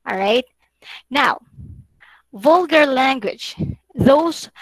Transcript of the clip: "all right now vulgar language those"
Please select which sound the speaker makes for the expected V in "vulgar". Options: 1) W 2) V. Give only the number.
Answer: 2